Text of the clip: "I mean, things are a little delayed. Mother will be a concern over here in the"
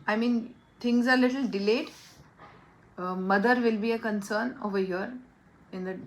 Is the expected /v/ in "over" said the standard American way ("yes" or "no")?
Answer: yes